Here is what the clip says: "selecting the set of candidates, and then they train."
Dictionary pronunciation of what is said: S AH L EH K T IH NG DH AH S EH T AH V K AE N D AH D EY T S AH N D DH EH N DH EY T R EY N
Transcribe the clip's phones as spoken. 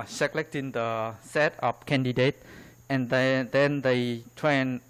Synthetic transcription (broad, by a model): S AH L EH K T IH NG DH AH S EH T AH P K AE N D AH D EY T AH N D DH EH N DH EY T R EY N